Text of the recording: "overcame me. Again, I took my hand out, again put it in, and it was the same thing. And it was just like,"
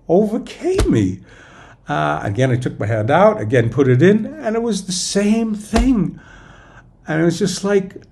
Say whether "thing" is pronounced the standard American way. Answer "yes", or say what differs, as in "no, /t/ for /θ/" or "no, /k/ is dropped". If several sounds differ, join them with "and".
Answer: yes